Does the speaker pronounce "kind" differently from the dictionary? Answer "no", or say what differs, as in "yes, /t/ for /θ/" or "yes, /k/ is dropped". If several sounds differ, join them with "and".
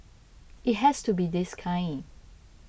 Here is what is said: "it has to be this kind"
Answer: yes, /d/ is dropped